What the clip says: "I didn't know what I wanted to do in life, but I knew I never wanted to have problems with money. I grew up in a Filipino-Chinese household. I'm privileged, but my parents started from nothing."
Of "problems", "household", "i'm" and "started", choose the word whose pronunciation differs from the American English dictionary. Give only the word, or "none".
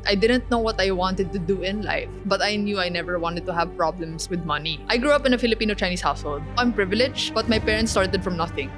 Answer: problems